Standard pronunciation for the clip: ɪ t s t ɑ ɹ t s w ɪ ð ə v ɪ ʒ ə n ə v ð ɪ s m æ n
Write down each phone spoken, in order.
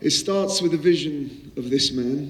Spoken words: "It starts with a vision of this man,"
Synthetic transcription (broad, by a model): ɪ t s t ɑ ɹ t s w ɪ ð ə v ɪ ʒ ə n ə v ð ɪ s m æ n